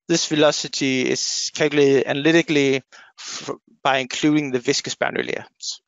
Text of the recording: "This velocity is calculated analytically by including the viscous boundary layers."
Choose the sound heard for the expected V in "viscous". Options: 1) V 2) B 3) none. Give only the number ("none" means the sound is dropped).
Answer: 1